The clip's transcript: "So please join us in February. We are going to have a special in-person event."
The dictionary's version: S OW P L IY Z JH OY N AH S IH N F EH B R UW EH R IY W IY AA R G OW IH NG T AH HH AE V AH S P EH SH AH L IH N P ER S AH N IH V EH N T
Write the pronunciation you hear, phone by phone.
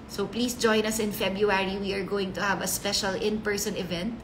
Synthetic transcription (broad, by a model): S OW P L IY S JH OY N AH S IH N F EH B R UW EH R IY W IY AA R G OW IH NG T AH HH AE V AH S P EH SH AH L IH N P ER S AH N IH V EH N T